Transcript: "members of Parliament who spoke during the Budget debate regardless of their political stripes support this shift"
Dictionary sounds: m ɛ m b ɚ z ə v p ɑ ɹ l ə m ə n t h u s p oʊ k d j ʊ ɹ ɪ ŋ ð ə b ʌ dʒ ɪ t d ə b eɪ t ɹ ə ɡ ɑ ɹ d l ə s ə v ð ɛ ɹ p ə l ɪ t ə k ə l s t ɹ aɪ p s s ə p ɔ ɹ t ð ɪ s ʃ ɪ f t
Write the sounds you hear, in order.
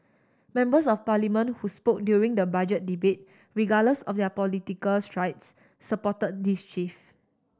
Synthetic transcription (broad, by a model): m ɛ m b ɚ s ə f p ɑ l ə m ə n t h u s p oʊ k d j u ɹ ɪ ŋ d ə b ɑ dʒ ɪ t d ə b eɪ t ɹ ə ɡ ɑ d l ə s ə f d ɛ p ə l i t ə k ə l s t ɹ aɪ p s s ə p ɔ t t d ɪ s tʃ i f